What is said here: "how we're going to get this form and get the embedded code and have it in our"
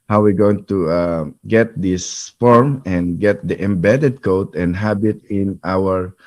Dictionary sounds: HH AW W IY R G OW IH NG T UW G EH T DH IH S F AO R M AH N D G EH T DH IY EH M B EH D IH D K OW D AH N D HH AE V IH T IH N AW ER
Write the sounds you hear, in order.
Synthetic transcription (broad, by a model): HH AW W IY R G OW IH NG T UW G EH T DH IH S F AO R M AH N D G EH T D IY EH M B EH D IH D K OW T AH N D HH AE B IH T IH N AW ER